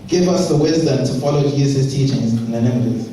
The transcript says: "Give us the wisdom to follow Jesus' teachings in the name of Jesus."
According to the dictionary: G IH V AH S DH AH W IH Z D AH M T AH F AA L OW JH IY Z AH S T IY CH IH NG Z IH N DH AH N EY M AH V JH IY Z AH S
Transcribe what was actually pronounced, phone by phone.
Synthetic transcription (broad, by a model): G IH V AH S DH AH W IH Z D AH M T AH F AA L OW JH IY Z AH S T IY CH IH NG Z IH N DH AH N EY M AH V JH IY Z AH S